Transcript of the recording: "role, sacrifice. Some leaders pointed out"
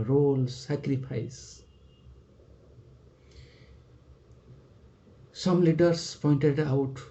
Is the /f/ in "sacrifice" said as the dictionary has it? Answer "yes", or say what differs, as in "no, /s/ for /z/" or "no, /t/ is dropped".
no, /p/ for /f/